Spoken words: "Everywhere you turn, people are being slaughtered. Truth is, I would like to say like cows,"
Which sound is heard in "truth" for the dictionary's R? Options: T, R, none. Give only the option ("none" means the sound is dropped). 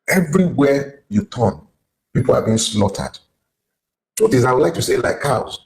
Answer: none